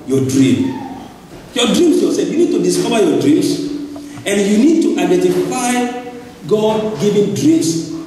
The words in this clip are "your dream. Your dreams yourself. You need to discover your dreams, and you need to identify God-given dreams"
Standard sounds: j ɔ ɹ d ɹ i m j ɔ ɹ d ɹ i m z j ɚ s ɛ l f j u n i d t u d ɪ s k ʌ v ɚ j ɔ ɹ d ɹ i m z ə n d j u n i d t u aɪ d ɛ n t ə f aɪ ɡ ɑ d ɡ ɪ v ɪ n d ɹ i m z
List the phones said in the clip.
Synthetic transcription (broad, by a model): j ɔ d ɹ i m j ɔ d ɹ i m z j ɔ s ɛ f j u n i d t u d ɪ s k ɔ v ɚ j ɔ d ɹ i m s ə n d j u n i d t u aɪ d ɛ n t ə f aɪ ɡ ɑ d ɡ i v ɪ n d ɹ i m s